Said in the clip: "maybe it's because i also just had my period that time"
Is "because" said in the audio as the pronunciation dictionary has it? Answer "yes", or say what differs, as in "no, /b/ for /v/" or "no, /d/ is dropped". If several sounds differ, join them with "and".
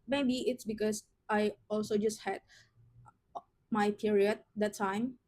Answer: no, /s/ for /z/